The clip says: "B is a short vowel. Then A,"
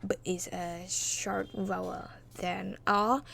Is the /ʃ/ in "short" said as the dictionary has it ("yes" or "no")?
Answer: yes